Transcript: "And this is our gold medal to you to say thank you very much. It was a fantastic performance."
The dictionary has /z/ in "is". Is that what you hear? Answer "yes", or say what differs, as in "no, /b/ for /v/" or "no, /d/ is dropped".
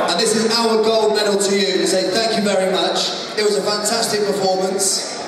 yes